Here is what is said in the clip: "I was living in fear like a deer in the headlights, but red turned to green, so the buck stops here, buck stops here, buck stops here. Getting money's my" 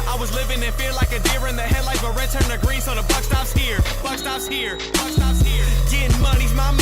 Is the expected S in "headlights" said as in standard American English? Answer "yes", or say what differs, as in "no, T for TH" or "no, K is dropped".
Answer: no, S is dropped